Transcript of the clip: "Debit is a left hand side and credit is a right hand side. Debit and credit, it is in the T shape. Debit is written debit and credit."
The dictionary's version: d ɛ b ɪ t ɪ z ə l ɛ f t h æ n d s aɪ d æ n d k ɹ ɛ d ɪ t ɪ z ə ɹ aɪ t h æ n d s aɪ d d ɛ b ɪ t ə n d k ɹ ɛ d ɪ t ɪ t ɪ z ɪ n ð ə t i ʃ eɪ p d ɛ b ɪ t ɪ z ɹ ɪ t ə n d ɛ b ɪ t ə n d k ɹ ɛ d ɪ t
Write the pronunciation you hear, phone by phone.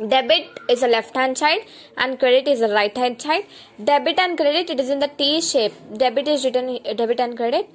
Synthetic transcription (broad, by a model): d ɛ b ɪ t ɪ z ə l ɛ f t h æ n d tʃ aɪ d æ n d k ɹ ɛ d ɪ t ɪ z ə ɹ aɪ t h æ d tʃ aɪ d d ɛ b ɪ t ə n d k ɹ ɛ d ɪ t ɪ t ɪ z ɪ n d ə t i ʃ eɪ p d ɛ b ɪ t ɪ z ɹ ɪ t ə n d ɛ b ɪ t ə n d k ɹ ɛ d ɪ t